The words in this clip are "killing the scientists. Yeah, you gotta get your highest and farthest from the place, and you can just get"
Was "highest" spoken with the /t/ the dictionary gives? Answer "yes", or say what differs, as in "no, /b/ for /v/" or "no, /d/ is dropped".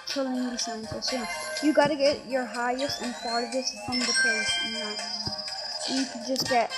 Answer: yes